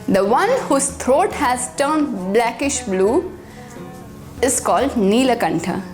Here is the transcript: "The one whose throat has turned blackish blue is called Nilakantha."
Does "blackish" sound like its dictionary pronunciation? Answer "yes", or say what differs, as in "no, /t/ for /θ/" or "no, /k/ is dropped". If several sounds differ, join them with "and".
yes